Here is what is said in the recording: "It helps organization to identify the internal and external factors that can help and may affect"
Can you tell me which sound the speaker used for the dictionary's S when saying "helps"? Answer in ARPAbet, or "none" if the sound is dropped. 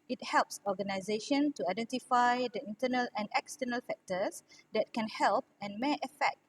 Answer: S